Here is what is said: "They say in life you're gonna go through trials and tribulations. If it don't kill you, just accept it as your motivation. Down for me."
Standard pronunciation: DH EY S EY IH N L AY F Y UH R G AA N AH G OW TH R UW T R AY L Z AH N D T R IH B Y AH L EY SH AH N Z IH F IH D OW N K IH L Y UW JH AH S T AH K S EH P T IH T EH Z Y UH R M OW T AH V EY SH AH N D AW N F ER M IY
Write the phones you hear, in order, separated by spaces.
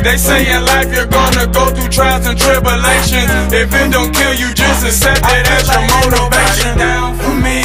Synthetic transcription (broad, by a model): DH EY S EY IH L AY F Y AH R G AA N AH G OW TH R UW T R AY L Z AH N T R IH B Y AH L EY SH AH N IH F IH D OW N K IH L Y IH JH AH S T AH S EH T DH IH T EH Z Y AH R M OW T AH V EY SH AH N N M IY